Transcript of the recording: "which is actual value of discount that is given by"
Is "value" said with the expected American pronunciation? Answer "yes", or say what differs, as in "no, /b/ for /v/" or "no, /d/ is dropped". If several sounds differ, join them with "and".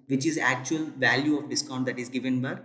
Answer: yes